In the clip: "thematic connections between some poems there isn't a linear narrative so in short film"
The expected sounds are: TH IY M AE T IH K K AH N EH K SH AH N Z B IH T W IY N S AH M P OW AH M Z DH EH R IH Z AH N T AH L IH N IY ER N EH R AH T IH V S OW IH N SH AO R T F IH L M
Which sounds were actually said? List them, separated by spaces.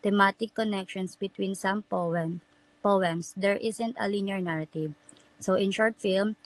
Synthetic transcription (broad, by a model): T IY M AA T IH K K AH N EH K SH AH N S B IH T W IY N S AH M P OW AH M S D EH R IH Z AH N T AH L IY N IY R N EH R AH T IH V S OW IH N SH AO R T F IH L M